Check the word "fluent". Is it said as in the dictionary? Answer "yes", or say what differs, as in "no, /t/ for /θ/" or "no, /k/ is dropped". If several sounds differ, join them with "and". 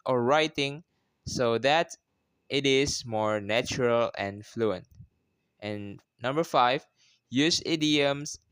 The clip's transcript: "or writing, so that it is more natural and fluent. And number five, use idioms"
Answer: yes